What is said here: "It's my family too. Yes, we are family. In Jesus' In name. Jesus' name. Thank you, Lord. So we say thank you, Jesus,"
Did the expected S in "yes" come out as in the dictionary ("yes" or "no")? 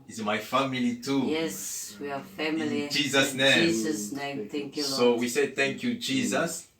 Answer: yes